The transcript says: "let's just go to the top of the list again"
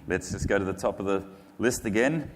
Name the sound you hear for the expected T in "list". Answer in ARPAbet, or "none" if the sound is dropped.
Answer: T